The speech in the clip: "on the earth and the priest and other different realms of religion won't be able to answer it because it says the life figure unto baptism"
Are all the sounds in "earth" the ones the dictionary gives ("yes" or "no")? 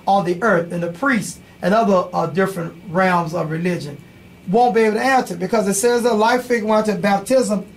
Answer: yes